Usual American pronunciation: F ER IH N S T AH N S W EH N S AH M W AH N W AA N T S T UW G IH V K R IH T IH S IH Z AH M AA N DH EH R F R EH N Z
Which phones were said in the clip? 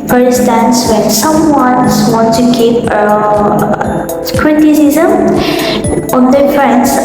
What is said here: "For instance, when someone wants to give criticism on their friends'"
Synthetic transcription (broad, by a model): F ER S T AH N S W EH N S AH M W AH N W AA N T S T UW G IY P K R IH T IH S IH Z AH M AA N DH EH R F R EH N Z